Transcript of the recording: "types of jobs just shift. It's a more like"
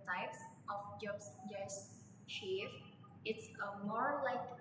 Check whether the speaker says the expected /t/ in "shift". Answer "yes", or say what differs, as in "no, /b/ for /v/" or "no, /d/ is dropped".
no, /t/ is dropped